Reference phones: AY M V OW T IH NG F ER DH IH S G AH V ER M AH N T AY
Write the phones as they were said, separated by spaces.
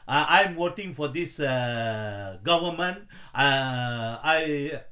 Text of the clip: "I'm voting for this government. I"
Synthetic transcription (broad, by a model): AY M W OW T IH NG F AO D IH S G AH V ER M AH N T AY